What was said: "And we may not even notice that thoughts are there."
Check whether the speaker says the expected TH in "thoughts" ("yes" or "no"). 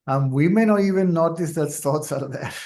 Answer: no